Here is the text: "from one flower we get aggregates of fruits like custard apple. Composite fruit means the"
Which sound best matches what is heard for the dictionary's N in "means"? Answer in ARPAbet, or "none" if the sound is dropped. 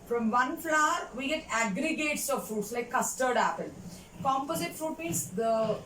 none